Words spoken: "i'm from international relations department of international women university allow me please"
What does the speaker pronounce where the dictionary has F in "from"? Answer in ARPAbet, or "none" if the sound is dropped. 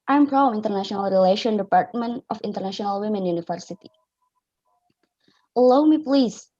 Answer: P